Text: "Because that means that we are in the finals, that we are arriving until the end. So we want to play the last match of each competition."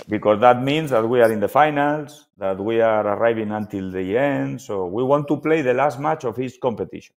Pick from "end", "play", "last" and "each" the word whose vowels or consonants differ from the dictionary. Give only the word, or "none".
each